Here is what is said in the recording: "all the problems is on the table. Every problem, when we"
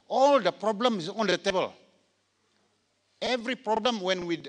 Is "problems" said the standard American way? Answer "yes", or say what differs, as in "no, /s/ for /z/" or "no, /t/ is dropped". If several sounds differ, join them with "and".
no, /z/ is dropped